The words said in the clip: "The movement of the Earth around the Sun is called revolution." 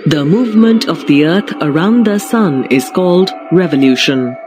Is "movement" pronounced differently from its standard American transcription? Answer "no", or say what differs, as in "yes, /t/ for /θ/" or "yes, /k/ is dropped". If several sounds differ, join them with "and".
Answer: no